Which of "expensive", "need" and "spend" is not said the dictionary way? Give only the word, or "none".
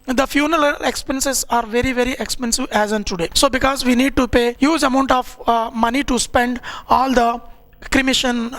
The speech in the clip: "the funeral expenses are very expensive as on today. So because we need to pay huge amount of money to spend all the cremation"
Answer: none